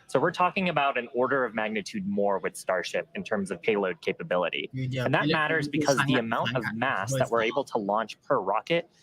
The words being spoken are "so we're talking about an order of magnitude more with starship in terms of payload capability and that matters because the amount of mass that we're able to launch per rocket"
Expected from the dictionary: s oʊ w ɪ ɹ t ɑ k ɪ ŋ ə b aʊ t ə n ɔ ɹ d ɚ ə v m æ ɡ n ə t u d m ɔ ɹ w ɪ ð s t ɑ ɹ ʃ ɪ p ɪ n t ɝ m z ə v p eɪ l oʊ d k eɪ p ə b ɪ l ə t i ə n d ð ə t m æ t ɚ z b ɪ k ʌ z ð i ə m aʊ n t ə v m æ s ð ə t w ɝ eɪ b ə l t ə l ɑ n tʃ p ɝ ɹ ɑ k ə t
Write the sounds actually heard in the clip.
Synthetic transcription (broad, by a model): s oʊ w ɪ ɹ t ɑ k ɪ ŋ ə b aʊ t ə n ɔ ɹ d ɚ ə v m æ ɡ n ə t u d m ɔ ɹ w ɪ ð s t ɑ ɹ ʃ ɪ p ɪ n t ɝ m z ə v p eɪ l oʊ d k eɪ p ə b ɪ l ə t i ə n ð ə t m æ t ɚ z b ɪ k ʌ z ð i ə m aʊ n t ə v m æ s ð ə t w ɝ eɪ b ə l t ə l ɑ n tʃ p ɝ ɹ ɑ k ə t